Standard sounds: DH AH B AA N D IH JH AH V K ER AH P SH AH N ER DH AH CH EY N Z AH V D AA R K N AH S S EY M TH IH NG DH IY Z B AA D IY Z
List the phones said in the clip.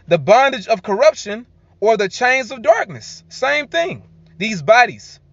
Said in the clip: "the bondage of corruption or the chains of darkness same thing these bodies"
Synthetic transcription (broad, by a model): DH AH B AA N D IH JH AH V K ER AH P SH AH N ER DH AH CH EY N Z AH V D AA R K N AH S S EY M TH IH NG DH IY Z B AA D IY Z